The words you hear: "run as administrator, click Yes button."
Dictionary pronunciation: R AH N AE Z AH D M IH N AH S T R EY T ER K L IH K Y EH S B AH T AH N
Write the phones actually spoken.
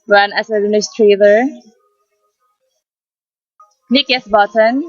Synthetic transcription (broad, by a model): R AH N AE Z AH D IH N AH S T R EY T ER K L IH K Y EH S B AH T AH N